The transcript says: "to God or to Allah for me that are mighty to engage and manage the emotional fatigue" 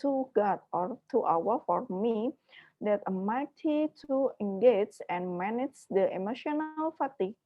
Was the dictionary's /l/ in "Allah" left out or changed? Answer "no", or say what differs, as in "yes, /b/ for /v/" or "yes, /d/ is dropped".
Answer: yes, /w/ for /l/